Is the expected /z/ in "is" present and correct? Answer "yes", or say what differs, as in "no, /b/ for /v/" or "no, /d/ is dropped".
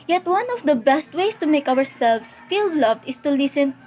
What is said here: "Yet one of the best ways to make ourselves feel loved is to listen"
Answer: no, /s/ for /z/